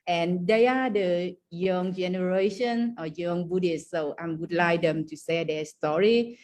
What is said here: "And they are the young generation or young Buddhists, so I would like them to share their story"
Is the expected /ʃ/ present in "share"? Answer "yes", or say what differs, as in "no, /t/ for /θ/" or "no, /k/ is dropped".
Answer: no, /s/ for /ʃ/